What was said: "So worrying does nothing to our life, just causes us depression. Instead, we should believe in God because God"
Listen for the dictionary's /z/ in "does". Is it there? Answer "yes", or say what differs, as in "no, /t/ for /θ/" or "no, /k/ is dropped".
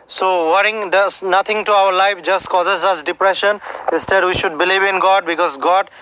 no, /s/ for /z/